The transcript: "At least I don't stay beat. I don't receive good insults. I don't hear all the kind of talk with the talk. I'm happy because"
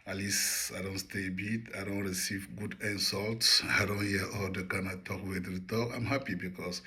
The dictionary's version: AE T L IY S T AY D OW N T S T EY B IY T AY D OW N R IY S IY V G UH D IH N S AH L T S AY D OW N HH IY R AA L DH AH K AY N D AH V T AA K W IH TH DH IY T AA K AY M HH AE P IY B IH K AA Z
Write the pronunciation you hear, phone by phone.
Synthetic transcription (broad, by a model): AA L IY S AY D OW N T S T EY B IY T AY D OW N R IY S IY V G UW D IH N S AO L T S AY D OW N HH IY AA L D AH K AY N AH T AA K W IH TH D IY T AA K AY M HH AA P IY B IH K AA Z